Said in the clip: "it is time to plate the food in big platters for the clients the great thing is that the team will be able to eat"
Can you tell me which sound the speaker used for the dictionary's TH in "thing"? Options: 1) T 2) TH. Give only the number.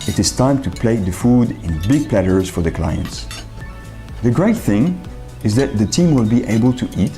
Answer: 2